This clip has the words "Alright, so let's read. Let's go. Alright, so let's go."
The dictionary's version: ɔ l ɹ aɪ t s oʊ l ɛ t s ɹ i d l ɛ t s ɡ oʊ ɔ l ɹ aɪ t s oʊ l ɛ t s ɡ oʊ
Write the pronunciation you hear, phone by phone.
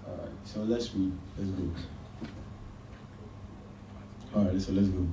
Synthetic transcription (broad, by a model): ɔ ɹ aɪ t s oʊ l ɛ t s w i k l ɛ t s ɡ oʊ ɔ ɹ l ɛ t s oʊ l ɛ t s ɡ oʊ